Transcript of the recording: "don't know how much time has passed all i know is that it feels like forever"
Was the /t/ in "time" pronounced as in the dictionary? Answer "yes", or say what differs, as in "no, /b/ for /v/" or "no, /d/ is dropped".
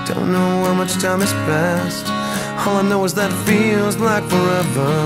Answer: yes